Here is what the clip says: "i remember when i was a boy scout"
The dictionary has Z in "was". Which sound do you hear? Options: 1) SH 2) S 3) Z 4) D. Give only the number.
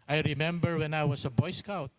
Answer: 2